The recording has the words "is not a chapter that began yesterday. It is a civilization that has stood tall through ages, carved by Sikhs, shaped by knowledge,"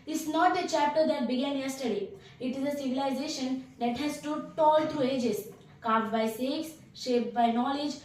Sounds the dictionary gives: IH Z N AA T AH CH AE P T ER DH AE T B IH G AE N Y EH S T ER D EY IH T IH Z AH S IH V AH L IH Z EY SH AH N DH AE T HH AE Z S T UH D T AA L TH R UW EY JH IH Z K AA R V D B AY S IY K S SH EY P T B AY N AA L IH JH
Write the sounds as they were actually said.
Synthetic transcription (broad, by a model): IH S N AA T AH CH AE P T ER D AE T B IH G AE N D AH S T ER D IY IH T IH Z AH S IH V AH L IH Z EY SH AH N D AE T HH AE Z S T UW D T AA L T R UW EY JH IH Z K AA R D B AY S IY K S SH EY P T B AY N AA L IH JH